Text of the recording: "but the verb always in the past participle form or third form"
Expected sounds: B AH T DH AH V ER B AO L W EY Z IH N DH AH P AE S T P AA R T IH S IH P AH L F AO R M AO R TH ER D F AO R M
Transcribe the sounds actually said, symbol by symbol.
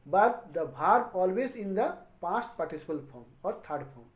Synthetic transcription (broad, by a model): B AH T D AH B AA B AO L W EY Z IH N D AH P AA S T P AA R T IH S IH P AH L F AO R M AO R T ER D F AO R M